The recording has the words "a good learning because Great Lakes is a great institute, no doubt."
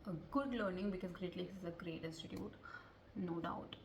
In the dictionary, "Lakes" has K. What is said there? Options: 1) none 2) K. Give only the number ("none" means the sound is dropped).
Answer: 1